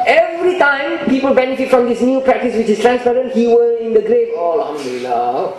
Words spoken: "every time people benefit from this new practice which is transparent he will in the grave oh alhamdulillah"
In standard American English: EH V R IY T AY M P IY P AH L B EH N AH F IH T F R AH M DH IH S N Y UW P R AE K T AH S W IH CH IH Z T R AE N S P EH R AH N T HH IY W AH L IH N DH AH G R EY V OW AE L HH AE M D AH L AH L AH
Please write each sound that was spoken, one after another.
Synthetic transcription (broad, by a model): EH V R IY T AY M P IY P AH L B EH N AH F IH T F R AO M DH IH S N Y UW P R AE K T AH S W IH CH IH S T R AE N S P EH R AH N T HH IY W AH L IH N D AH G R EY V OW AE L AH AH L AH